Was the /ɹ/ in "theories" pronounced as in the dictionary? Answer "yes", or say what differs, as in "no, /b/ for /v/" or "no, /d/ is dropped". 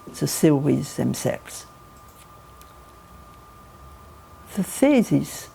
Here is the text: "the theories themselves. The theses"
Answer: no, /w/ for /ɹ/